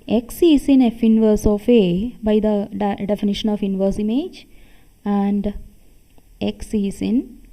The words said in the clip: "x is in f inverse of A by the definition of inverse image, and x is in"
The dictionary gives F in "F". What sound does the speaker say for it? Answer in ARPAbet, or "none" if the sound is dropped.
F